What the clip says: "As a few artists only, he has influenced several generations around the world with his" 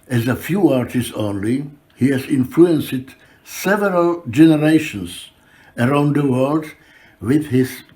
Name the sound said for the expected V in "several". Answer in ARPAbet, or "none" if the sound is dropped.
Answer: V